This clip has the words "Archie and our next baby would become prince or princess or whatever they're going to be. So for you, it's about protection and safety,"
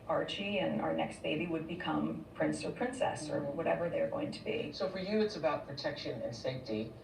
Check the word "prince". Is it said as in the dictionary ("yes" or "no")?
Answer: yes